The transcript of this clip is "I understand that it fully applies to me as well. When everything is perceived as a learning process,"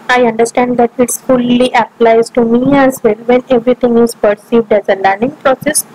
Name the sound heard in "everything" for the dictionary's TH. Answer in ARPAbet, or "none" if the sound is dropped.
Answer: T